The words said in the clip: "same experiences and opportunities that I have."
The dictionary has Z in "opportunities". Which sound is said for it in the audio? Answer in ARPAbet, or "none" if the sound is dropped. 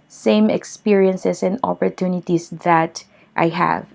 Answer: S